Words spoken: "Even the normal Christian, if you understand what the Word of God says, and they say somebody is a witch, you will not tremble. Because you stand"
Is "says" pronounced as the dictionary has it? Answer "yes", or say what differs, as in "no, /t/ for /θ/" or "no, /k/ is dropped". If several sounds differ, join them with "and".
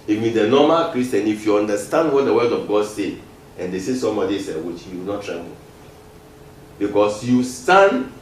no, /z/ is dropped